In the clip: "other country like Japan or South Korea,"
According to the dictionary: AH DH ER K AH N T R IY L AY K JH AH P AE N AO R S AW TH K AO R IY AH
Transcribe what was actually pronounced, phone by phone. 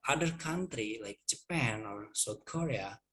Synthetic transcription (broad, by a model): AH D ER K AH N T R IY L AY K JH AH P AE N AO R S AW T K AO R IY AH